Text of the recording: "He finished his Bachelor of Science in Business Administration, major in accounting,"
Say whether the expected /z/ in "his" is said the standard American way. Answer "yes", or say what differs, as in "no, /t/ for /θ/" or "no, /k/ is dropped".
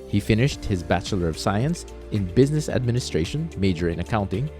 yes